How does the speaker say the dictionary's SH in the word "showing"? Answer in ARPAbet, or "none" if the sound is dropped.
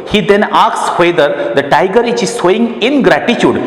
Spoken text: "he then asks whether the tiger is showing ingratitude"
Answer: S